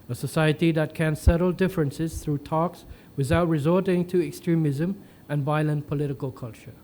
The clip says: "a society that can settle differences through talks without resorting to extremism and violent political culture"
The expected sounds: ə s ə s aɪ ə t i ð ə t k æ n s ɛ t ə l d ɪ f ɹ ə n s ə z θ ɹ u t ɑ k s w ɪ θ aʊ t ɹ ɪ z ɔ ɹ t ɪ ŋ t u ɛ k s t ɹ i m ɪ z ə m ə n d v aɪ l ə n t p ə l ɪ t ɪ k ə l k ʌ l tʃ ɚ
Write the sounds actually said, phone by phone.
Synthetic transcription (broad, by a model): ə s ə s aɪ ə t i ð ə t k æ n s ɛ t ə l d ɪ f ɹ ə n s ə z θ ɹ u t ɑ k s w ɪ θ aʊ t ɹ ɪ z ɔ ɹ t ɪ ŋ t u ɛ k s t ɹ i m ɪ z ə m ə n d v aɪ l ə n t p ə l ɪ t ɪ k ə l k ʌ l tʃ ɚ